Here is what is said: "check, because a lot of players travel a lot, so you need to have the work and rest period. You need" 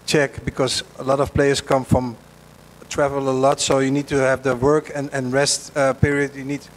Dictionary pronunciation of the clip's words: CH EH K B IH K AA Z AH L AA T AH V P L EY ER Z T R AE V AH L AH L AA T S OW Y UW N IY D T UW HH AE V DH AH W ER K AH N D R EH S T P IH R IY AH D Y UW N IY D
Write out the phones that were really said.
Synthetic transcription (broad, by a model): CH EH K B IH K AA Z AH L AA T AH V P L EY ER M T R AE V AH L AH L AA T S OW Y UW N IY D T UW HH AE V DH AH W ER K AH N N R EH S T P IH R IY AH D Y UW N IY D